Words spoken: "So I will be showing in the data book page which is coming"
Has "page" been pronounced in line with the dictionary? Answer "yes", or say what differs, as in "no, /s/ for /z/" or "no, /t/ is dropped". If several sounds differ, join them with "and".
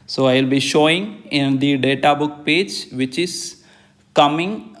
yes